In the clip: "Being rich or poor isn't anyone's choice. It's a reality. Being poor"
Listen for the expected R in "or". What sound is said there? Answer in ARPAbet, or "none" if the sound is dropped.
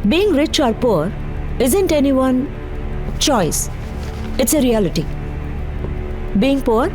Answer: R